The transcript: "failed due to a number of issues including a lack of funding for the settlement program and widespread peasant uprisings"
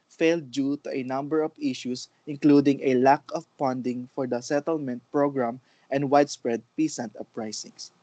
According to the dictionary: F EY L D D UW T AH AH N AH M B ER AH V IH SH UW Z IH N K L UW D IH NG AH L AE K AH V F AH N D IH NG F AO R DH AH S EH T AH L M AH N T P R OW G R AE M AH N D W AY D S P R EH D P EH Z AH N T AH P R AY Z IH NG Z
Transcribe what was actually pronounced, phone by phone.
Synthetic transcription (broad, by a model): F EY L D D UW T AH AH N AH M B ER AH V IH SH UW S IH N K L UW D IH NG AH L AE K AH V P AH N D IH NG F AO R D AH S EH T AH L M AH N T P R OW G R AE M AH N D W AY D S P R EH D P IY S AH N T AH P R AY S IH NG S